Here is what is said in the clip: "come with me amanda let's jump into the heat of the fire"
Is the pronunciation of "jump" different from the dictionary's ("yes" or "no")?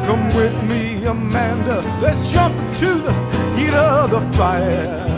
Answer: no